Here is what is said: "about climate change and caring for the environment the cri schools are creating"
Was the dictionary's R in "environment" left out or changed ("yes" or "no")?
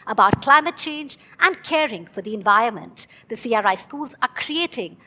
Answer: no